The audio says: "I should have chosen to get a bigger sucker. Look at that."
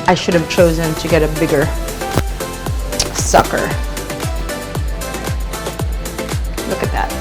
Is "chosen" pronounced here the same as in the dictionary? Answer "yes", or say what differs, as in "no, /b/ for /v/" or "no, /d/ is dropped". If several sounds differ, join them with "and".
yes